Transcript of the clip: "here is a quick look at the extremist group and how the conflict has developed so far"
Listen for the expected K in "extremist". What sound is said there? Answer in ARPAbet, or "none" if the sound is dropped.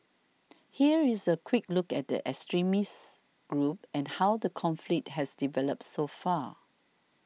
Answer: none